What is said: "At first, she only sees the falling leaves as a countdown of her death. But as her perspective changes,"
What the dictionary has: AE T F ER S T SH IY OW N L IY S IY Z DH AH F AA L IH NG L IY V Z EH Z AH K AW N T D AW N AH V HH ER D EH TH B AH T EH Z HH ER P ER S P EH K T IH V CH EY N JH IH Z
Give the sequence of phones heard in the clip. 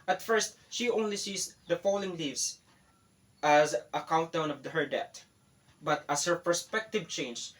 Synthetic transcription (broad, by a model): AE T F ER S T SH IY OW N L IY S IY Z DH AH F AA L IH NG L IY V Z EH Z AH K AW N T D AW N AH V HH ER D EH T B AH T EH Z HH ER P ER S P EH K T IH V CH EY N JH